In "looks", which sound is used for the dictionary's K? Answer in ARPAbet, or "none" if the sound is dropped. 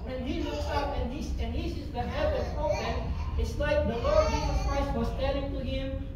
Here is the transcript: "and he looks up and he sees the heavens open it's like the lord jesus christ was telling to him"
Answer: none